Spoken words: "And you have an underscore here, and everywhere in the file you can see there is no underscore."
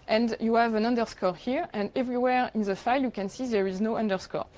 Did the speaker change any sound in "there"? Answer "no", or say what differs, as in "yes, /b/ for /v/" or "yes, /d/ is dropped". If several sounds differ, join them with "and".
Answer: no